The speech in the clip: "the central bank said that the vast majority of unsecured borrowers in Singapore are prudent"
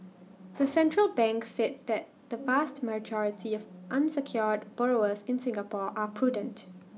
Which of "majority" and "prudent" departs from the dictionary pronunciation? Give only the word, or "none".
none